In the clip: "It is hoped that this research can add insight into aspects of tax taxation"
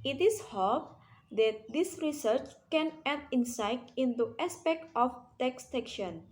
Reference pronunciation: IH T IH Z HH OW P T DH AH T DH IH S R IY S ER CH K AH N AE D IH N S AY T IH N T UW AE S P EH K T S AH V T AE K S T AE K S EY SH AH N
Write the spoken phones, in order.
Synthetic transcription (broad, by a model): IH T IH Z HH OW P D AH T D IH S R IY S ER CH K AH N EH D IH N S AY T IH N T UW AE S P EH K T AH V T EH K S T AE K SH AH N